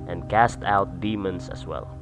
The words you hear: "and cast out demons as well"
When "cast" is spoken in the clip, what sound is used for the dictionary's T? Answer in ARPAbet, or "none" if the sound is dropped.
T